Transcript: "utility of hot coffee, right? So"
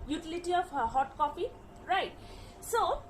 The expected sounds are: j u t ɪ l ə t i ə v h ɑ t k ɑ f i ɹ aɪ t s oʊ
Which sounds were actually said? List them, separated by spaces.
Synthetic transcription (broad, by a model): j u t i l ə t i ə p h ɑ t k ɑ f i ɹ aɪ t s oʊ